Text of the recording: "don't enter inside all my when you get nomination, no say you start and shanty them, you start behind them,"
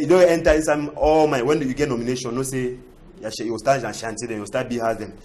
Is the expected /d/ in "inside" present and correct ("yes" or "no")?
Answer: no